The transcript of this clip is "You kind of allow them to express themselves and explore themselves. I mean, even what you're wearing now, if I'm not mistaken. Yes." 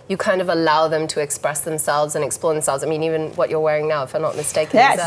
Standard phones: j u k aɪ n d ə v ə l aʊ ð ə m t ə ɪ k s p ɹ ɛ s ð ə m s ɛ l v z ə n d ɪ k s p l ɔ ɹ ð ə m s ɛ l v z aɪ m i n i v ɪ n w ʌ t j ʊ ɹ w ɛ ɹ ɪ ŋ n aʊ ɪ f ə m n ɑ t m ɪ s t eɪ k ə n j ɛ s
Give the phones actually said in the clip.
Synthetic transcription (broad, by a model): j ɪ k aɪ n d ə v ə l aʊ ð ə m t ə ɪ k s p ɹ ɛ s ð ə m s ɛ l v z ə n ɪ k s p l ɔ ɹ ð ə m s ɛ l v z aɪ m i n i v ɪ n w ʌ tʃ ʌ ɹ w ɛ ɹ ɪ ŋ n aʊ ɪ f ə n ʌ t m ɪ s t eɪ ə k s